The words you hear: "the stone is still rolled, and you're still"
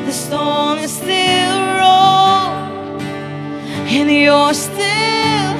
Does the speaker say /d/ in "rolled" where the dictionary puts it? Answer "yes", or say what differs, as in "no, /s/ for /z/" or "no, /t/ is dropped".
no, /d/ is dropped